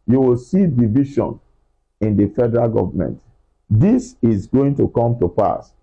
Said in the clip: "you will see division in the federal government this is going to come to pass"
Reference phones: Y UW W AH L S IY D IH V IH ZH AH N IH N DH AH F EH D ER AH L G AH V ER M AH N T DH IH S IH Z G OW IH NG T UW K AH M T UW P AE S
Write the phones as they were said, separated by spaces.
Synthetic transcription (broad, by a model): Y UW W AH L S IY D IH V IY SH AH N IH N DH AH F EH D ER AH L G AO V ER M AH N T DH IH S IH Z G OW IH NG T UW K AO M T UW P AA S